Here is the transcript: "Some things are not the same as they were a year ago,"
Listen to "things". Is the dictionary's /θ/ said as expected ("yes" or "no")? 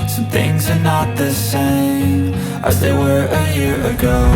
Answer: yes